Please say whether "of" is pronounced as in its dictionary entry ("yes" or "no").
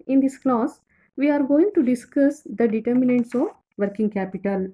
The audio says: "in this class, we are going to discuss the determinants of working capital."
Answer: yes